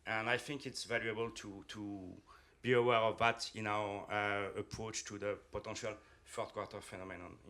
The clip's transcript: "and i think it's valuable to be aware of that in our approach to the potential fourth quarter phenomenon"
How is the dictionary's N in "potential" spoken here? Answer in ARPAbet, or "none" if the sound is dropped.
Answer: none